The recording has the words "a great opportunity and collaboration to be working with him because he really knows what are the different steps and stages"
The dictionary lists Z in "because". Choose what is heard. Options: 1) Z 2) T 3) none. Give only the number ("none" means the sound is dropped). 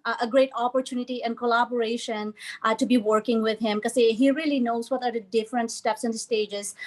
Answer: 3